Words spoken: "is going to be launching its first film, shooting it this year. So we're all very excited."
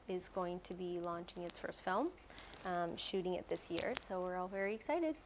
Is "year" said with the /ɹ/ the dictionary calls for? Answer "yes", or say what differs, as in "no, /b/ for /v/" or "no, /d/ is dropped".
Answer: yes